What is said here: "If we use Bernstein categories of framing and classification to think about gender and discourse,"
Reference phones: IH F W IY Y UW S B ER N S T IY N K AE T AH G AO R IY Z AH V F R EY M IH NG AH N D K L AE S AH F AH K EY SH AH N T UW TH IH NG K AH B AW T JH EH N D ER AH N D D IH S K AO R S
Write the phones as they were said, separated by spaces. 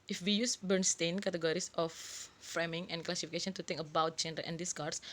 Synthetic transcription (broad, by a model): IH F W IY Y UW S B ER N S T IY N K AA T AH G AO R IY S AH F R EY M IH NG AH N K L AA S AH F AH K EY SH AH N T UW T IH NG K AH B AW T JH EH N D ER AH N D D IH S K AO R S